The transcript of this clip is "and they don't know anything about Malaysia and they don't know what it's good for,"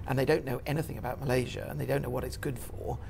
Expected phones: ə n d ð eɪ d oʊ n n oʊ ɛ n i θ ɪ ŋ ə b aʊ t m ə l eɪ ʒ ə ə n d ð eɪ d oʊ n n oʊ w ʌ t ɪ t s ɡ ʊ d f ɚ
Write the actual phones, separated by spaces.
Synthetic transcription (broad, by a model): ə n ð eɪ d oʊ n n oʊ ɛ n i θ ɪ ŋ ə b aʊ t m ə l eɪ ʒ ə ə n ð eɪ d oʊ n n oʊ w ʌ t ɪ t s ɡ ʊ d f ɚ